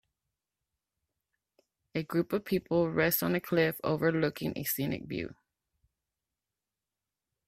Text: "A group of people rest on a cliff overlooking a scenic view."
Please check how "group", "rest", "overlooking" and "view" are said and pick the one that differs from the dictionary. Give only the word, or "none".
view